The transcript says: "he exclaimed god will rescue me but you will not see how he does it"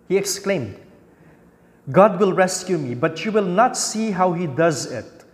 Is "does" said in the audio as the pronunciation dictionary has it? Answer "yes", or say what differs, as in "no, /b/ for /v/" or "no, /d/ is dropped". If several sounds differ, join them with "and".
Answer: yes